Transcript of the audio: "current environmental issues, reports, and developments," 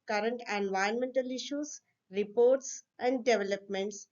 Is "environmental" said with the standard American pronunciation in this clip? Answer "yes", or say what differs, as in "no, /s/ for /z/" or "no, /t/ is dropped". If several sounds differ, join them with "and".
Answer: no, /ɹ/ is dropped